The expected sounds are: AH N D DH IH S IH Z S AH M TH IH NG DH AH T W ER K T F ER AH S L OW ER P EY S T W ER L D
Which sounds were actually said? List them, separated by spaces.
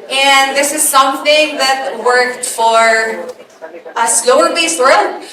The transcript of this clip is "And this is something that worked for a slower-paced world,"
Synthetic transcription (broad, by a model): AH N DH IH S IH Z S AH M TH IH NG DH AH T W ER K T F ER AH S L OW ER B EY S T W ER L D